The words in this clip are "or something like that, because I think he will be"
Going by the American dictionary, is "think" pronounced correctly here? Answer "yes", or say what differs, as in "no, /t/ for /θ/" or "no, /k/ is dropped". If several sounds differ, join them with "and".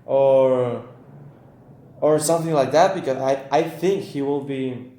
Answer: yes